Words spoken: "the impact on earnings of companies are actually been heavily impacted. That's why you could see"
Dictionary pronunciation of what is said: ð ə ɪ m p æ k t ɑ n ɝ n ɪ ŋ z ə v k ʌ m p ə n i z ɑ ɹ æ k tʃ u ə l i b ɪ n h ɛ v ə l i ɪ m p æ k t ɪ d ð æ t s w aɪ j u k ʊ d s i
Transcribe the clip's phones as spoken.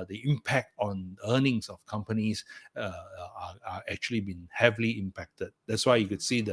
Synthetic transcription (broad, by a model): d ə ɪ m p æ k t ɑ n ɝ n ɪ ŋ s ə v k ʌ m p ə n i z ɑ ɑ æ k tʃ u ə l i b ɪ n h ɛ v ə l i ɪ m p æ k t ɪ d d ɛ t s w aɪ j u k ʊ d s i